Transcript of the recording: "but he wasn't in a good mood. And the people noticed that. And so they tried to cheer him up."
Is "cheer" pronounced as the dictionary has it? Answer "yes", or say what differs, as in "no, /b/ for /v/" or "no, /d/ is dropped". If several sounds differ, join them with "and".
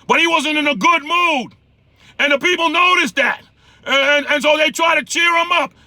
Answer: yes